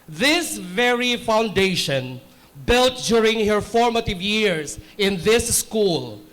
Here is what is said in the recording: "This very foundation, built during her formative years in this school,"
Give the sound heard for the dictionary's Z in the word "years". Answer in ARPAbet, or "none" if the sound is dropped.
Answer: S